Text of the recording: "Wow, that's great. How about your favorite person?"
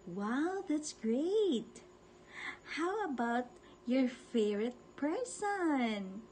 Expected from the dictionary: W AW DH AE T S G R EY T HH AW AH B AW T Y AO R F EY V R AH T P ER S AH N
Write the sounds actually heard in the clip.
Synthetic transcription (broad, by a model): W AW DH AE T S G R EY T HH AW AH B AW T Y AO R F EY R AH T P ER S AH N